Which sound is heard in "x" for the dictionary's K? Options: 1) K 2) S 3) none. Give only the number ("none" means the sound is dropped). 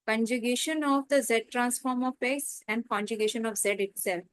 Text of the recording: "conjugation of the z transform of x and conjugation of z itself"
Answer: 3